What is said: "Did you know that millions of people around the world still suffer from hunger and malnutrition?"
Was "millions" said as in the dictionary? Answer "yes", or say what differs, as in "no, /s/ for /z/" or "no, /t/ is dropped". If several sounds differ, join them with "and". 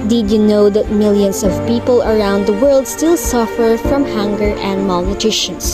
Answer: no, /s/ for /z/